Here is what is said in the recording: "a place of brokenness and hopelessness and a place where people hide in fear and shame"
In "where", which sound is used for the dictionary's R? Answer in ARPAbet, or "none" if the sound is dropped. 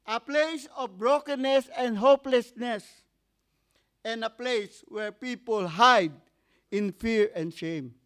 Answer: R